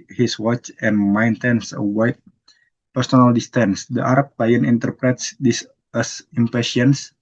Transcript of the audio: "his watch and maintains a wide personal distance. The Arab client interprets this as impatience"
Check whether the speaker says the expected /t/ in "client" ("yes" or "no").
no